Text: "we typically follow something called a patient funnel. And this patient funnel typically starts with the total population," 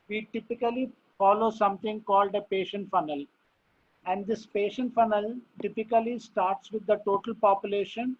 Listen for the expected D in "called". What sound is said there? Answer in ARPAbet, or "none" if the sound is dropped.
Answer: D